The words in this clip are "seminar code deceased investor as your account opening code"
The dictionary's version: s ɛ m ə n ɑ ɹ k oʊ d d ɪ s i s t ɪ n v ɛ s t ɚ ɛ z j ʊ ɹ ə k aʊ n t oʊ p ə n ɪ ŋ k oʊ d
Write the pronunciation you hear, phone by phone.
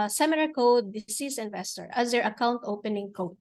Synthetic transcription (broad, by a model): s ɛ m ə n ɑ ɹ k oʊ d d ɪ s i s ɪ n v ɛ s t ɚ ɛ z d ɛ ɹ ə k aʊ n t oʊ p ə n ɪ ŋ k oʊ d